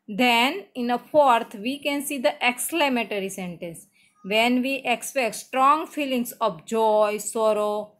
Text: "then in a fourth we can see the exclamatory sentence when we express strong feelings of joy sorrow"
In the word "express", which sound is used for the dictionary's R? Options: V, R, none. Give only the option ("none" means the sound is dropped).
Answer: none